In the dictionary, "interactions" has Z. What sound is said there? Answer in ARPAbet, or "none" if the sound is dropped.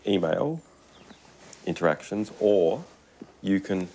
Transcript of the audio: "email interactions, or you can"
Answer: Z